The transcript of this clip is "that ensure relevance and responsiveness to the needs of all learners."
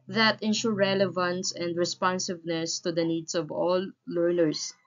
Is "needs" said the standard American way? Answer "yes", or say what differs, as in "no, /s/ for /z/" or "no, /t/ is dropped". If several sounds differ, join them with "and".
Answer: no, /s/ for /z/